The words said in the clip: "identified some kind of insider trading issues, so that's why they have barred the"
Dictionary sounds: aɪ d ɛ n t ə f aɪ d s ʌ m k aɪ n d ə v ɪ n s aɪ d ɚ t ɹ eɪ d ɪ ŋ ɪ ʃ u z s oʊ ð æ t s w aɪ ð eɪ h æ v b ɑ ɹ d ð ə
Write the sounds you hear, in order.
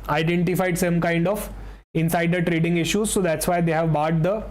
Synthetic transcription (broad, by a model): aɪ d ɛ n t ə f aɪ d s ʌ m k aɪ n d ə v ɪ n s aɪ d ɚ t ɹ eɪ d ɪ ŋ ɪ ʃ u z s oʊ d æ t s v aɪ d eɪ h æ v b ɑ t d ə